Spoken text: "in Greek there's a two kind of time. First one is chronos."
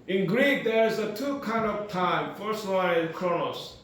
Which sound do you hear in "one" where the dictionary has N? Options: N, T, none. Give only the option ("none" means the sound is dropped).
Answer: none